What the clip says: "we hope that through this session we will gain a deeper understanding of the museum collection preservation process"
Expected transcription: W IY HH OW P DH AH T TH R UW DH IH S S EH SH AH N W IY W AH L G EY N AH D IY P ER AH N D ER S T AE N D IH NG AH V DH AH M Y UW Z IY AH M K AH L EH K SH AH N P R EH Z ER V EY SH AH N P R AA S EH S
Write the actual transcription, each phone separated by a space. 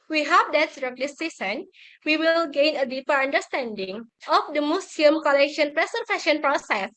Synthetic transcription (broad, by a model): W IY HH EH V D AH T S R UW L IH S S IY S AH N W IY W AH L G EY N AH D IY P ER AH N D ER S T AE N D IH NG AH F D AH M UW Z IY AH M K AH L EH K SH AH N P R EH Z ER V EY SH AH N P R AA S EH S